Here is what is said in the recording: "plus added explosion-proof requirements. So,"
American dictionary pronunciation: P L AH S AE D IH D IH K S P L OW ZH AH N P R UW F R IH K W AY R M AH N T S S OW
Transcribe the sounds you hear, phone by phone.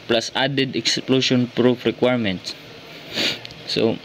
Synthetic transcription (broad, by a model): P L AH S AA D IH D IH K S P L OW SH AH N P R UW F R IH K W AY R M AH N T S S OW